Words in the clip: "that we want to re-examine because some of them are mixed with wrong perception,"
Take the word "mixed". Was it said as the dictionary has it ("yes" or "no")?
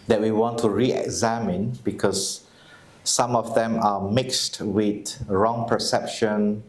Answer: yes